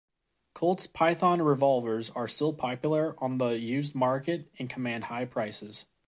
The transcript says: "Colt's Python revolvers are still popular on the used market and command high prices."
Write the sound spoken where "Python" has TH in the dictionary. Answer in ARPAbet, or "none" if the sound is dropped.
TH